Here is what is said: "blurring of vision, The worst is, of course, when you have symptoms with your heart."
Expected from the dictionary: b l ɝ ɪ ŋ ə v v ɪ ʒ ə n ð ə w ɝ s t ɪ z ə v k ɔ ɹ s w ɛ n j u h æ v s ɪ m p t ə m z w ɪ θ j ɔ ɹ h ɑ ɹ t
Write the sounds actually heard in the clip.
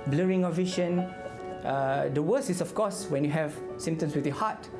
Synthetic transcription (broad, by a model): b l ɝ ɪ ŋ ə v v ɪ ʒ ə n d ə w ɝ s ɪ s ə f k ɔ s w ɛ n j u h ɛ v s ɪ m t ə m s w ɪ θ j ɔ h ɑ t